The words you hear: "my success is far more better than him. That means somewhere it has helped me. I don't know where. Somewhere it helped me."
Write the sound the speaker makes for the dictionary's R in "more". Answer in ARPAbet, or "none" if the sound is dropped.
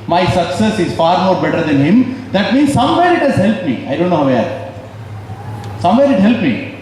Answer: R